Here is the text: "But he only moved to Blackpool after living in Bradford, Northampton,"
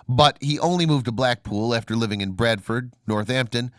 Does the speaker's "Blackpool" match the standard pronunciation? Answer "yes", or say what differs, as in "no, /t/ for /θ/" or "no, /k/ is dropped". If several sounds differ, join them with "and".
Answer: yes